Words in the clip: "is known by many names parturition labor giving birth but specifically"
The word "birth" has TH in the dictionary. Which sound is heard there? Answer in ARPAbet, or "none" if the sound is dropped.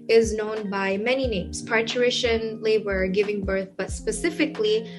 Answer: TH